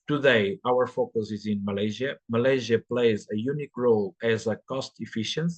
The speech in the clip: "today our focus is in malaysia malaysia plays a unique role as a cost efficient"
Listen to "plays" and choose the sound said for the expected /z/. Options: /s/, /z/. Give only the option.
/z/